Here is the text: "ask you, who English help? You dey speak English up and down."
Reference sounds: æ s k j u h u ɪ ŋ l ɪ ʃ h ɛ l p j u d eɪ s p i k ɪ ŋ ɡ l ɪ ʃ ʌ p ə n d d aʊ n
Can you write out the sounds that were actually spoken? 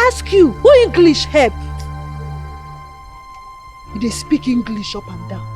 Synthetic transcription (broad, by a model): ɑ s k j u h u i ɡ l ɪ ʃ h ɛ p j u d eɪ s p i k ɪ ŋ ɡ l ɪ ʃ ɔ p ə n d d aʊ